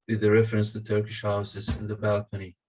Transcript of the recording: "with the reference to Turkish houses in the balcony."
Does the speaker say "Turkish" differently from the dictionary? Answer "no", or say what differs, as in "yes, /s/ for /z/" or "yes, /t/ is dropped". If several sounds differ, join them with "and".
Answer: no